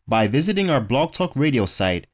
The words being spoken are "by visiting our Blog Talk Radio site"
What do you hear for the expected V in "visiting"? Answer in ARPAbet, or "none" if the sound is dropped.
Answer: V